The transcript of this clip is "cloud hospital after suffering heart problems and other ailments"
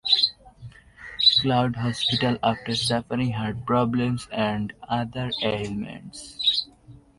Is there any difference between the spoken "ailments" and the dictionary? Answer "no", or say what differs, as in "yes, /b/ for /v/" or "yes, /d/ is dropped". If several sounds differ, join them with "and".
no